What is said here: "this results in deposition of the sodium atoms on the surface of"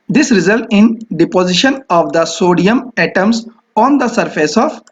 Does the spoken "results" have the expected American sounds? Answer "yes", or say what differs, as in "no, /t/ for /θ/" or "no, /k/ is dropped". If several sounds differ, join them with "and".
no, /s/ is dropped